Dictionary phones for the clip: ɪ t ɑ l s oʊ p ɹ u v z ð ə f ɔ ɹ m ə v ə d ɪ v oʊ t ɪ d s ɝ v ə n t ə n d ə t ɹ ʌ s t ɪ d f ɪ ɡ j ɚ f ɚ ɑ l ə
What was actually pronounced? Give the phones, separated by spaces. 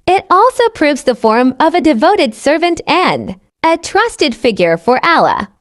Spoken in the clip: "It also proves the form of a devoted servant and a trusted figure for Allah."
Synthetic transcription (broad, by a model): ɪ t ɑ l s oʊ p ɹ u v z ð ə f ɔ ɹ m ə v ə d ɪ v oʊ t ɪ d s ɝ v ə n t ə n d ə t ɹ ʌ s t ɪ d f ɪ ɡ j ɚ f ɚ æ l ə